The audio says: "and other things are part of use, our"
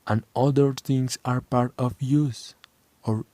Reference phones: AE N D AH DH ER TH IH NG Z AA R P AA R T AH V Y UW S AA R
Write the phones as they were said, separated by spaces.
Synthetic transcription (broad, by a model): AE N D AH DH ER T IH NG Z AA R P AA R T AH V Y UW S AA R